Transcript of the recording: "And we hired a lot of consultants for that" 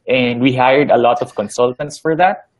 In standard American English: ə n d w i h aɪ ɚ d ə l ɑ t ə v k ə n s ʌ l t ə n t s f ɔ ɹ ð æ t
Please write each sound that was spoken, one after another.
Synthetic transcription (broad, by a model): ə n d w i h aɪ ɚ d ə l ɑ t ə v k ə n s ʌ l t ə n t s f ɔ ɹ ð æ t